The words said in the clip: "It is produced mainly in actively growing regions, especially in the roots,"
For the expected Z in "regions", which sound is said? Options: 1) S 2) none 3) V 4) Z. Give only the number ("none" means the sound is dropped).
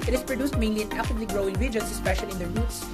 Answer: 1